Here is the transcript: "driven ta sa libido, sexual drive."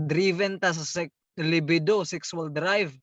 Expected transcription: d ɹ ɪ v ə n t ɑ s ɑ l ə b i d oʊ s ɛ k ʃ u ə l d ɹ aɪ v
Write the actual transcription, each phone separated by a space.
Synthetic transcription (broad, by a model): d ɹ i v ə n t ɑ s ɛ l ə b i d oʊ s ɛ k s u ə l d ɹ aɪ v